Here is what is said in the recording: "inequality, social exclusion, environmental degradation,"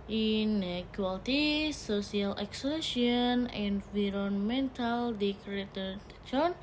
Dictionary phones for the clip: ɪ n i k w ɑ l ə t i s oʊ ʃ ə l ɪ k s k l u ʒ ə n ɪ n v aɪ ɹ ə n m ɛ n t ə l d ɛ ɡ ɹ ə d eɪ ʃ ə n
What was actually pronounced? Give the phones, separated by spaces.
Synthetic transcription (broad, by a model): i n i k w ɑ l t i s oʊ s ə l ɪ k s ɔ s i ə n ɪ n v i ɹ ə n m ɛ n t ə l d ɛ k ɹ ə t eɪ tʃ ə n